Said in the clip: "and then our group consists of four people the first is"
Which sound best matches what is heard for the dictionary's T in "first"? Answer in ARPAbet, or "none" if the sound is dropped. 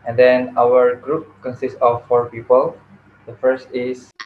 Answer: T